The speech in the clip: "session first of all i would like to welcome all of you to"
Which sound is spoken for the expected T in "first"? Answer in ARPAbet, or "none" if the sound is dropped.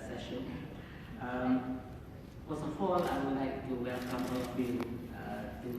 none